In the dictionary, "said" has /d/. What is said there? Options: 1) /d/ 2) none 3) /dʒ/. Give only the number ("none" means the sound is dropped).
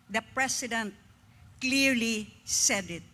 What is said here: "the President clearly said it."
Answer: 1